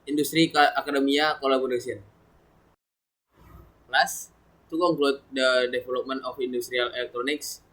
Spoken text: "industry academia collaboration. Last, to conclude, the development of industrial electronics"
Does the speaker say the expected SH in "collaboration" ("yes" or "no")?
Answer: no